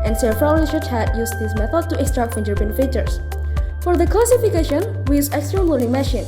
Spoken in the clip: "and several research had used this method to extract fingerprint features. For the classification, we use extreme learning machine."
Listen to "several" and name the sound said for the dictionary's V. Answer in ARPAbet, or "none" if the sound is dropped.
F